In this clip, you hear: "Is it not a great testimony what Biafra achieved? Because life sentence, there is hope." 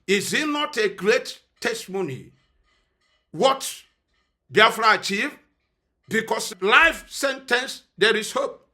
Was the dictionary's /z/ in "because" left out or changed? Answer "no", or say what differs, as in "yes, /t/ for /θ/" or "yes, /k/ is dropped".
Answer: yes, /s/ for /z/